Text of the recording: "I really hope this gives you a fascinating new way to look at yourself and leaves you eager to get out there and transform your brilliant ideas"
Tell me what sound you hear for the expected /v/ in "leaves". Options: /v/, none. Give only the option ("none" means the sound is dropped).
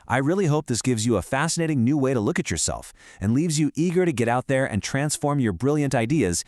/v/